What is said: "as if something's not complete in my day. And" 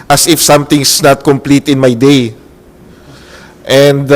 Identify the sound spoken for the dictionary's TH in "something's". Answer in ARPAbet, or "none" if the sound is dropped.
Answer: T